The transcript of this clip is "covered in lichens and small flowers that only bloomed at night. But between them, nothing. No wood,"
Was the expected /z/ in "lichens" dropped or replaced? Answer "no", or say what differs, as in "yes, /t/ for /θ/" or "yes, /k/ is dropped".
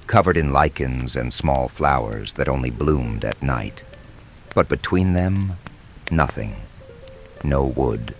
no